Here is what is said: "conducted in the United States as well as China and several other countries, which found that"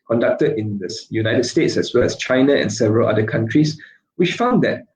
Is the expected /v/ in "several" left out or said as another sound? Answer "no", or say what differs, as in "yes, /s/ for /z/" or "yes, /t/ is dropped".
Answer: no